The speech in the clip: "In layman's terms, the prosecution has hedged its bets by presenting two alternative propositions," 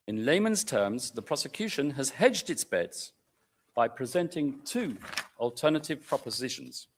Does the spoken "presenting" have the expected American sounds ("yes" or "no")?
yes